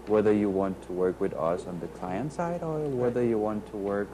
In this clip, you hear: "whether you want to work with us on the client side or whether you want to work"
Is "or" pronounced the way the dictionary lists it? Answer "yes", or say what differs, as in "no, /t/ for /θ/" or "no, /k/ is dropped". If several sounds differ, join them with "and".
no, /l/ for /ɹ/